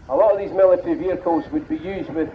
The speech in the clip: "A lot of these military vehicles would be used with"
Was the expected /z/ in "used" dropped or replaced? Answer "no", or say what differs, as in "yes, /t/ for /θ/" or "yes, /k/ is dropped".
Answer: no